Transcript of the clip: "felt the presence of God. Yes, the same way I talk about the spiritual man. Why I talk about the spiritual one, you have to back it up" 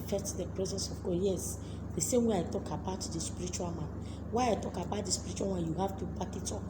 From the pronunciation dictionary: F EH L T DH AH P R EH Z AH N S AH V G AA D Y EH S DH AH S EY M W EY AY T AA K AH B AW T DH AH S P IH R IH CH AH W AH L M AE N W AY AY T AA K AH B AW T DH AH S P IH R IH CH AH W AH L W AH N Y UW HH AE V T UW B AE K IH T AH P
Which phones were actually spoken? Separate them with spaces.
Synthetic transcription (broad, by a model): F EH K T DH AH P R EH Z AH N S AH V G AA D Y EH S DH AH S EY M W EY AY T AA K AH B AW T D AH S P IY R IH CH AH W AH L M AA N W AY AY T AA K AH B AW T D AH S P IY R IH CH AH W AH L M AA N Y UW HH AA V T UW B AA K IH T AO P